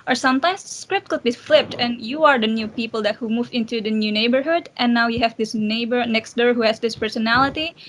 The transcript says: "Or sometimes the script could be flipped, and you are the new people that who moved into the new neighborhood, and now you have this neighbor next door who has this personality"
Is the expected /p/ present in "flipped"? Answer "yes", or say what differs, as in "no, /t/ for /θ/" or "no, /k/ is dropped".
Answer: yes